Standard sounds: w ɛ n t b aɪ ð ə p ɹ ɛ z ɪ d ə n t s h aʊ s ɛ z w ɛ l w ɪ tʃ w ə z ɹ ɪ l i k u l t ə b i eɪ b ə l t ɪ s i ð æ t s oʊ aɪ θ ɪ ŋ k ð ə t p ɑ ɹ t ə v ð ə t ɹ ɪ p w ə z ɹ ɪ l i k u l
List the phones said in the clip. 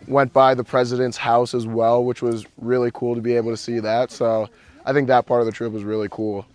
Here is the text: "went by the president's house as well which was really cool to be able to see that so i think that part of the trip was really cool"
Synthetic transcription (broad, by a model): w ɛ n b aɪ ð ə p ɹ ɛ z ɪ d ə n t s h aʊ s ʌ z w ɛ l w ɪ tʃ w ə z ɹ ɪ l i k u l t ə b i eɪ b l t ɪ s i ð æ t s oʊ aɪ θ ɪ ŋ k ð ə t p ɑ ɹ t ə v ð ə t ɹ ɪ p w ə z ɹ ɪ l i k u l